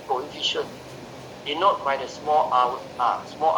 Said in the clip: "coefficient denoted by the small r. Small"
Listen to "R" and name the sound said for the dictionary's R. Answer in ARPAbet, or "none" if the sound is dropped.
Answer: W